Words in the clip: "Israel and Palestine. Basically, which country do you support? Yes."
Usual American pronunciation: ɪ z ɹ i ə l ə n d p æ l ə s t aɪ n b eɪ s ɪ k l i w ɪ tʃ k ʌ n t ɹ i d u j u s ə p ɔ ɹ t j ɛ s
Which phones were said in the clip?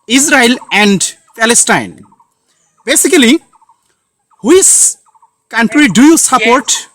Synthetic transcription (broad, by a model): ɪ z ɹ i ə l ə n d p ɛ l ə s t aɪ n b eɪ s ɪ k l i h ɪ s k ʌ n t ɹ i d u j u s ə p ɔ ɹ t